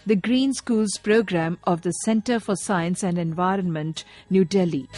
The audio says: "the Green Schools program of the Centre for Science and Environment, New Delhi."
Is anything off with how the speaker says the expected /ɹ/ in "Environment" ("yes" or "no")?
no